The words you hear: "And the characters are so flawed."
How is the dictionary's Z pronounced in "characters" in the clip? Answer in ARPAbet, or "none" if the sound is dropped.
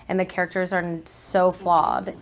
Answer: Z